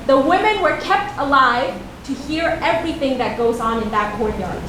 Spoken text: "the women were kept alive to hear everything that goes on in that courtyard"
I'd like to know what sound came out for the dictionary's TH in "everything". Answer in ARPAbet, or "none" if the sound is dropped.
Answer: TH